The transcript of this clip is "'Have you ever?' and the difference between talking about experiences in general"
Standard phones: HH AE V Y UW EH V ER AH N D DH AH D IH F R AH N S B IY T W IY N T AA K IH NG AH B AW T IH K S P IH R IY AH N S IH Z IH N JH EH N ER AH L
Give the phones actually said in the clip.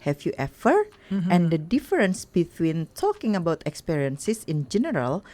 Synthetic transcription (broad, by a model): HH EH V Y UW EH F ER AH N D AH D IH F R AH N S B IY T W IY N T AA K IH NG AH B AW T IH K S P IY R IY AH N S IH S IH N JH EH N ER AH L